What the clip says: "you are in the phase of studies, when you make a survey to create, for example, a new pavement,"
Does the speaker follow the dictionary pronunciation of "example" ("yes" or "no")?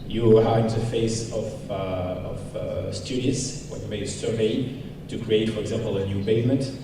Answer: yes